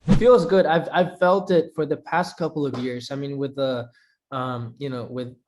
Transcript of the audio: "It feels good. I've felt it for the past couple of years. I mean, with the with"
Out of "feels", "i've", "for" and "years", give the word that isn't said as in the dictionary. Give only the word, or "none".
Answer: none